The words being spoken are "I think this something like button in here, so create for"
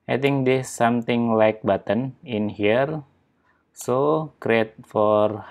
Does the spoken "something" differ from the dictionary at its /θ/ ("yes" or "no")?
yes